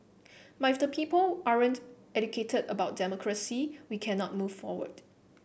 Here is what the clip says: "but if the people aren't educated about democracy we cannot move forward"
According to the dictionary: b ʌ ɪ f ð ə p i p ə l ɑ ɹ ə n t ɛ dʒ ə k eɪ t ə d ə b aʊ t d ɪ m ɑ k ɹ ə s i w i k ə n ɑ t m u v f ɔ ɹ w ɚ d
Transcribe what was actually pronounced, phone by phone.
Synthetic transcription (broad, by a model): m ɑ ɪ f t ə p i p ə l ɑ ɹ ə n t ɛ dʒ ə k eɪ t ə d ə b aʊ t d ɪ m ɑ k ɹ ə s i w i k ə n ɑ t m u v f ɔ w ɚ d